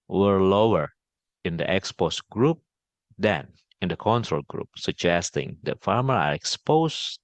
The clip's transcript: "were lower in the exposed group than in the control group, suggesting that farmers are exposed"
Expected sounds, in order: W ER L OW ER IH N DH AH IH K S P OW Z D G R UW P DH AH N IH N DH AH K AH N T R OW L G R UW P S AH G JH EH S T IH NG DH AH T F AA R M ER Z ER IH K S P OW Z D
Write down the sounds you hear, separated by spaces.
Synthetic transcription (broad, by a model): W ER L OW ER IH N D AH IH K S P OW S G R UW P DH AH N IH N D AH K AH N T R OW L G R UW P S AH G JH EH S T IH NG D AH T F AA R M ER ER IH K S P OW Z